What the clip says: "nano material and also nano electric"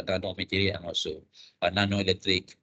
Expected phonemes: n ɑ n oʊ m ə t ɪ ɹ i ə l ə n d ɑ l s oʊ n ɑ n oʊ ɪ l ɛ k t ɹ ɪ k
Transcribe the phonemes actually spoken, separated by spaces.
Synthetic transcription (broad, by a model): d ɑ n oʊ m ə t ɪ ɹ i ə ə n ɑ s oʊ n ɑ n oʊ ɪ l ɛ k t ɹ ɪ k